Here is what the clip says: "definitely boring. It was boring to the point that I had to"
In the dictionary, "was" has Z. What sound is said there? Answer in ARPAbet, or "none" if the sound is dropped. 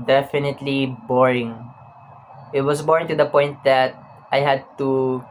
S